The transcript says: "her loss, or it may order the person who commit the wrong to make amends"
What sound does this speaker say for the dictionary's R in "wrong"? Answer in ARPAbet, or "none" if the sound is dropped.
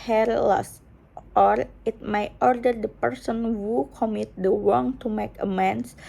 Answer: W